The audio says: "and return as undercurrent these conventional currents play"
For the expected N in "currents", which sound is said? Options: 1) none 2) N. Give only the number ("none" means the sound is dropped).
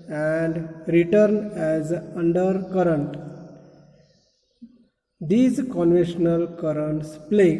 2